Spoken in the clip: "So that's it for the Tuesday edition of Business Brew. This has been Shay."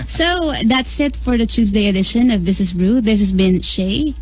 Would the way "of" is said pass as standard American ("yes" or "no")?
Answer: yes